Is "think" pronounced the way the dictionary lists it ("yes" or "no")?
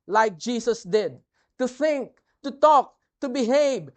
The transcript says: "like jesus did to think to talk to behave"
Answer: yes